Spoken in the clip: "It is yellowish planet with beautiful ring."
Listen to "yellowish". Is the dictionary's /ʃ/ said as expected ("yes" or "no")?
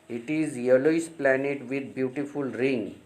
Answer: no